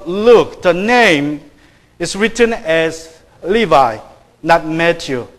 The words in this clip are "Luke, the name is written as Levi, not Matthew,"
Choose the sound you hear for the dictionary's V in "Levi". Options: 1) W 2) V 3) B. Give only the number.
2